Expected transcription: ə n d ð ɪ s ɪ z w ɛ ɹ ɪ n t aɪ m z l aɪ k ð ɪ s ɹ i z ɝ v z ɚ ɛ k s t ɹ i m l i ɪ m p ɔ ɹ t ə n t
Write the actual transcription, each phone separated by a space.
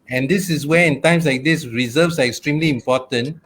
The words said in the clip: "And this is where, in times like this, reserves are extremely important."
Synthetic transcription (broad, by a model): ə n d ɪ s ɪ s w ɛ ɪ n t aɪ m s l aɪ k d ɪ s ɹ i z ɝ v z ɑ ɛ k s t ɹ i m l i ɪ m p ɔ t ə n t